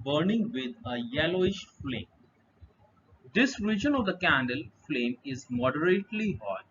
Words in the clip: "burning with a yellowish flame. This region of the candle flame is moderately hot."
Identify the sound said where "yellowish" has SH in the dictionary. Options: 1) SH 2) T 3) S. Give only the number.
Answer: 1